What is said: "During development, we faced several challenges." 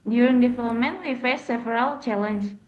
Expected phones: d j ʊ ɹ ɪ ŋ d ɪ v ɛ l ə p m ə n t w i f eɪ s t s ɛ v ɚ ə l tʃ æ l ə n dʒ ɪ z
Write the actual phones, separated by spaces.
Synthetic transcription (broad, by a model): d j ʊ ɹ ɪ ŋ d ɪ f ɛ ə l m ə n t w i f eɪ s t s ɛ v ɚ ə l tʃ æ l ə n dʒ